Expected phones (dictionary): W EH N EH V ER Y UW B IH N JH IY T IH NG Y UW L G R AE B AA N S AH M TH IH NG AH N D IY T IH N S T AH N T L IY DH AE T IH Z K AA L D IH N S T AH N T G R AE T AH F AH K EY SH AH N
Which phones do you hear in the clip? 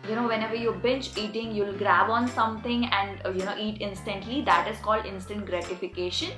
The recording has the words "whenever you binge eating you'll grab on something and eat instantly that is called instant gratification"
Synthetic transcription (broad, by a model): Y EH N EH V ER Y UW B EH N CH IY T IH NG Y UW L G R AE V AA N S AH M T IH NG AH N D IY T IH N S T AH N T L IY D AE T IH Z K AA L D IH N S T AH N T G R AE T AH F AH K EY SH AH N